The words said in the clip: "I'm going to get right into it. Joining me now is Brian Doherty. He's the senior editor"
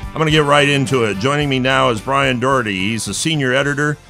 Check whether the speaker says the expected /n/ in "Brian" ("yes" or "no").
yes